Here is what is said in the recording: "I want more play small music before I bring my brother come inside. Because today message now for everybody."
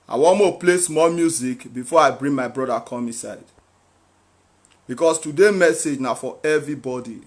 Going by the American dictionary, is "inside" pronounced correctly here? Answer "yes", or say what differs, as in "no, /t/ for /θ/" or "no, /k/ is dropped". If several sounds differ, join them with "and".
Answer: no, /n/ is dropped